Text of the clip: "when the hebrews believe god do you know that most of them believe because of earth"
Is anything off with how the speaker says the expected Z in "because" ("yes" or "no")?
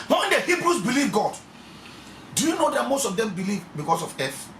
yes